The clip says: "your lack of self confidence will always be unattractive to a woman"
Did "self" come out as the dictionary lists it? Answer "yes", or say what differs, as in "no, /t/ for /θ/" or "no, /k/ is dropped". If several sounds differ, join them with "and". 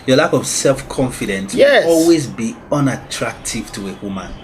yes